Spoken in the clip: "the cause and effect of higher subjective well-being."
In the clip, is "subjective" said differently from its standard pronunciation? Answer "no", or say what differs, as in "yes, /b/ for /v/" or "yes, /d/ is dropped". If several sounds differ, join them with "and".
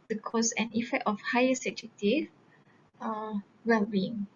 yes, /b/ is dropped